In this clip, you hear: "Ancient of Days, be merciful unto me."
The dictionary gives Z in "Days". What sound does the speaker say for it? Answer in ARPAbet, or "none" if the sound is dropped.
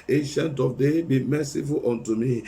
none